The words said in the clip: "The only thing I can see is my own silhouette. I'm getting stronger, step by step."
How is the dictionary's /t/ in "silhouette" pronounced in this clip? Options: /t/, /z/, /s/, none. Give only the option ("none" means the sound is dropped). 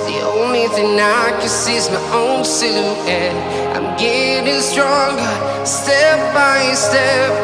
none